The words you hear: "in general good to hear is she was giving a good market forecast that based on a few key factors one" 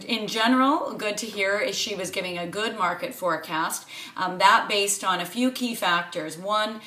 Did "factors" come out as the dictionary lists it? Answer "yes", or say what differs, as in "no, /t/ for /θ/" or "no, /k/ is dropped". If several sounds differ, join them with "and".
yes